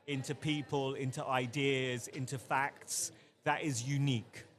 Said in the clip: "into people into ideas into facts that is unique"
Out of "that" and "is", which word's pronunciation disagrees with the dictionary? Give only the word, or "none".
none